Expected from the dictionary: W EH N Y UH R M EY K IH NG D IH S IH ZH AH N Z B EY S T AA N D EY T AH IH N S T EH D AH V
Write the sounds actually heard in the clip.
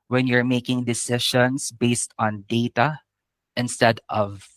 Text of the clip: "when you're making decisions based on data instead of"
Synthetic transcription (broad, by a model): W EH N Y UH R M EY K IH NG D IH S IH SH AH N S B EY S T AA N D EY T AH IH N S T EH D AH V